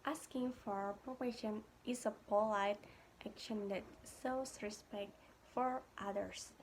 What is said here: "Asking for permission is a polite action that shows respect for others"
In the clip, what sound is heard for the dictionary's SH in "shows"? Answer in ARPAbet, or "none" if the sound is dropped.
S